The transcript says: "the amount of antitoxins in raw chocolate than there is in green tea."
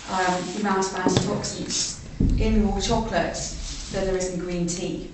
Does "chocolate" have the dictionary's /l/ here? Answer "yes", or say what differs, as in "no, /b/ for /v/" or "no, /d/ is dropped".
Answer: yes